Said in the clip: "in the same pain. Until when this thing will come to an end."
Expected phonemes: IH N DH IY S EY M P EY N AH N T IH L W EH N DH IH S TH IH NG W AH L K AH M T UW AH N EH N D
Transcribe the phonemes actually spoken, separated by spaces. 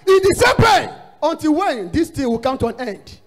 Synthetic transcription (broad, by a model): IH N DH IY S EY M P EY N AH N T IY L W EH N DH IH S T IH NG W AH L K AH M T UW AH N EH N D